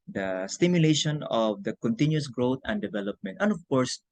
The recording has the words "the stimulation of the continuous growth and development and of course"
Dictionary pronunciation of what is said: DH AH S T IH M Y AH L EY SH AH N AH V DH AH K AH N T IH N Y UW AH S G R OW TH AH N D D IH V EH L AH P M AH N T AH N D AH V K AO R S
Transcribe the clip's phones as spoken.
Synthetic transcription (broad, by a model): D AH S T IH M Y AH L EY SH AH N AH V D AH K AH N T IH N Y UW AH S G R OW T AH N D D IH V EH L AH P M AH N T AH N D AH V K AO R S